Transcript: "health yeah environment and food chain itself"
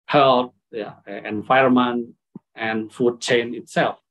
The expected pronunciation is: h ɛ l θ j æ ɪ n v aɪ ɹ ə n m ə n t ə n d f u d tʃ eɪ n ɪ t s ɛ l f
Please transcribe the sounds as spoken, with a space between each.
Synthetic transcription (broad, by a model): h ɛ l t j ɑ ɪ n f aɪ ə m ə n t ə n f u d tʃ eɪ n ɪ t s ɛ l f